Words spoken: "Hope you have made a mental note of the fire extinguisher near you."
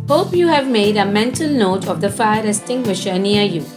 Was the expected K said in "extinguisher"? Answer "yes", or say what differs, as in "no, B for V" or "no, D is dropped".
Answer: no, K is dropped